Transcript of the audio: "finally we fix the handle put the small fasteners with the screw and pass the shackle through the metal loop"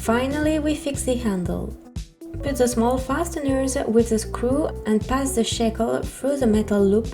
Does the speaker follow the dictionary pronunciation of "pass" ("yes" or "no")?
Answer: yes